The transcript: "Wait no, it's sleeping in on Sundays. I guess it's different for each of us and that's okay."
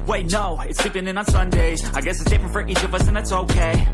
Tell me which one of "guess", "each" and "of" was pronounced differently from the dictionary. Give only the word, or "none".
none